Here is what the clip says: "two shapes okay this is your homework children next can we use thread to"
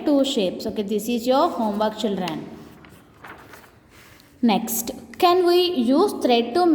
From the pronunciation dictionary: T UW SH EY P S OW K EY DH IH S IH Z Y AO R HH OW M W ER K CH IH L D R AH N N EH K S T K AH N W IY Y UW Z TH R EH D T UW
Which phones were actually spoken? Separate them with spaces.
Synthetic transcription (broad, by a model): T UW SH EY P S OW K EY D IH S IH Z Y AO R HH OW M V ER K CH IH L D R AH N N EH K S T K AH N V IY Y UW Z T R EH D T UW